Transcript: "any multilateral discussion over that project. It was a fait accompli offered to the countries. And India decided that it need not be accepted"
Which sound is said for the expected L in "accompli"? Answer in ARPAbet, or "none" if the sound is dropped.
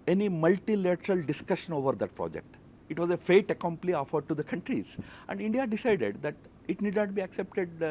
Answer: L